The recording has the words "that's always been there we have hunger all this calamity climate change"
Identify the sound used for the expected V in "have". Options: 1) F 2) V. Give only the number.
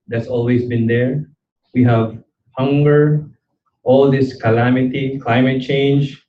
2